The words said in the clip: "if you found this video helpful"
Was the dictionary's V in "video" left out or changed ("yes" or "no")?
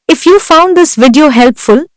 no